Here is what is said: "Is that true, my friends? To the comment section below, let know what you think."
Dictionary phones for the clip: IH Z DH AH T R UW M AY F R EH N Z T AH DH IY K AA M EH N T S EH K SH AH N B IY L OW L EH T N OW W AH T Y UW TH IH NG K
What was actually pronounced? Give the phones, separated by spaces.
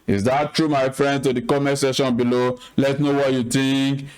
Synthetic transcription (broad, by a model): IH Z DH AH T R UW M AY F R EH N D T AH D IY K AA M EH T S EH SH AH N B IY L OW L EH T N OW W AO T Y UW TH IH NG K